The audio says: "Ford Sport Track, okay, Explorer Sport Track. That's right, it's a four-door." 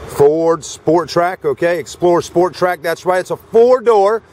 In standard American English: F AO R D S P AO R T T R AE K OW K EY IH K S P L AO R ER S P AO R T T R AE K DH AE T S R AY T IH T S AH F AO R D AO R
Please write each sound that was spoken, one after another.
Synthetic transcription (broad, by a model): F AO R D S P AO R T T R AE K OW K EY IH K S P L AO R S P AO R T T R AE K DH AE T S W AY IH T S AH F AO R D AO R